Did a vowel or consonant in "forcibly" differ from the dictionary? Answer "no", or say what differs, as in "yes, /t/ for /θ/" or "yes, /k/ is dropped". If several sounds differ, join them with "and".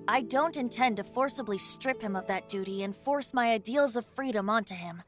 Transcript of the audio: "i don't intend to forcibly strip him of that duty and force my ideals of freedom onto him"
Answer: no